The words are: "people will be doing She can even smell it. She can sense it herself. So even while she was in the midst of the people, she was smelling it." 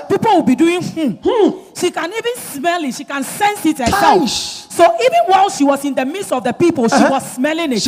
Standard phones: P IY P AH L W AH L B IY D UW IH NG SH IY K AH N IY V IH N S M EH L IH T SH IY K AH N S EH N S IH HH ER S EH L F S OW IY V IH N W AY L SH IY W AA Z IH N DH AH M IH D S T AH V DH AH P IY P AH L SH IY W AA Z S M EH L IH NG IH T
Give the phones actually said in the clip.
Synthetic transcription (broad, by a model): P IY P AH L W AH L B IY D UW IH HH SH IY K AH N IY V IH N S M EH L IH T SH IY K AH N S EH N S IH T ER EH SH S OW IY V IH N W AY L SH IY W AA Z IH N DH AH M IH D S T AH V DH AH P IY P AH L SH IY W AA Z S M EH L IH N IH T